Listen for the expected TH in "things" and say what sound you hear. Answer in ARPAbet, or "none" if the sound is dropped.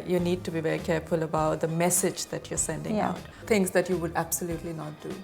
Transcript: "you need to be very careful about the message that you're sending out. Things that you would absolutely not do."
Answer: T